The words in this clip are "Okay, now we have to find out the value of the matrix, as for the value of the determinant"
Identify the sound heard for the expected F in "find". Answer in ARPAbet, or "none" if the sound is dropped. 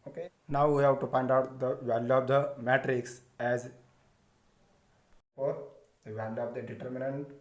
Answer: P